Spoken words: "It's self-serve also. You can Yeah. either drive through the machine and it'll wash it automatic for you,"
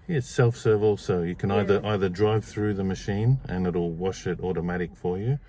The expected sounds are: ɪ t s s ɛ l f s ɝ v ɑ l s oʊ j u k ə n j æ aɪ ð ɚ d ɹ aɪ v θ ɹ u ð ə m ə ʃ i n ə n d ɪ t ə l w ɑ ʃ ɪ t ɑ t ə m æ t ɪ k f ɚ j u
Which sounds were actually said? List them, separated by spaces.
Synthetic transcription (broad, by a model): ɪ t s s ɛ l f s ɝ v ɑ l s oʊ j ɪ k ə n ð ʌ aɪ ð ɚ d ɹ aɪ v θ ɹ u ð ə m ə ʃ i n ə n ɪ t ə l w ɑ ʃ ɪ t ɑ t ə m æ t ɪ k f ɚ j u